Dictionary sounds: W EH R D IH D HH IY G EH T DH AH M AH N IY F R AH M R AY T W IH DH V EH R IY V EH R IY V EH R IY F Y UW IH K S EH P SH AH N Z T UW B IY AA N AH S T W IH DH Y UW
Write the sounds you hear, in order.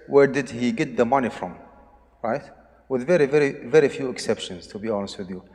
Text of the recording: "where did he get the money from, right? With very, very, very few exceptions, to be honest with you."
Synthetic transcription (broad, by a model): W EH R D IH D HH IY G EH T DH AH M AH N IY F R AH M R AY T W IH DH V EH R IY V EH R IY V EH R IY F Y UW IH K S EH P SH AH N Z T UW B IY AA N AH S T W IH DH Y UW